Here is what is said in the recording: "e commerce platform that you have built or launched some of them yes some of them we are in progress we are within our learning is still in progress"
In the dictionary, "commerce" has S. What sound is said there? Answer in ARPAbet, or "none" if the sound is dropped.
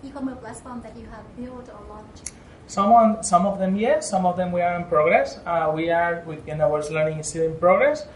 none